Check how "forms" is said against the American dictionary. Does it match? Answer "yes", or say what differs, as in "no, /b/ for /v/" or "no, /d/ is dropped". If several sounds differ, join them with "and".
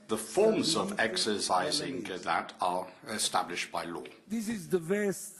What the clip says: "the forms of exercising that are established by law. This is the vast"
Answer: yes